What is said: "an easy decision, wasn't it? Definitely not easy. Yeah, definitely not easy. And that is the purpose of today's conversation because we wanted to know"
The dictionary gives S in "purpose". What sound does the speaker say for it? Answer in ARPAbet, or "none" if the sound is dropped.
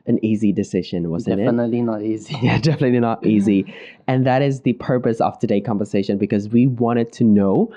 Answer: S